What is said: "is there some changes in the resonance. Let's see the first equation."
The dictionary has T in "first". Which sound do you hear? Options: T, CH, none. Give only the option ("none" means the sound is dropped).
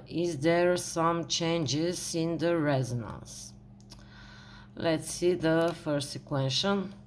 none